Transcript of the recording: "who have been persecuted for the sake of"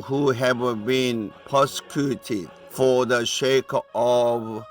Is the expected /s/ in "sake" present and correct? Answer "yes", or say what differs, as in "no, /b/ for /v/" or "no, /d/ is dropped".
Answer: no, /ʃ/ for /s/